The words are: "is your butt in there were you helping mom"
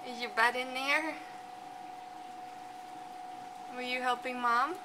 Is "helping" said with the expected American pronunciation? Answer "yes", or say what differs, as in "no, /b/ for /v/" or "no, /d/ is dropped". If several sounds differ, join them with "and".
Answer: yes